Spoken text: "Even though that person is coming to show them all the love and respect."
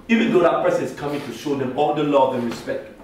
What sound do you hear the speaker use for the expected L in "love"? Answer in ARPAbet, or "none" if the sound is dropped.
L